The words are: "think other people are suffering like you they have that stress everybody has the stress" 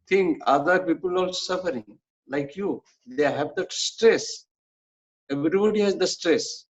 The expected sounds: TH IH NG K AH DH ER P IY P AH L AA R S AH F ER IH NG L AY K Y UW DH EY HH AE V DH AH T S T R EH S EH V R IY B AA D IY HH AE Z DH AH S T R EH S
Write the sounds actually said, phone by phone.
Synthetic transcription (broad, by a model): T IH NG K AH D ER P IY P AH L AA L S AH F ER IH NG L AY K Y UW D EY HH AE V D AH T S T R EH S EH V R IY B AA D IY HH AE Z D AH S T R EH S